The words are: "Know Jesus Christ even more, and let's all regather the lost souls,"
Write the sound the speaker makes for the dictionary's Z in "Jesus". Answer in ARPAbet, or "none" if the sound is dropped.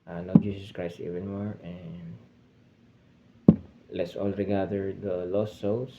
S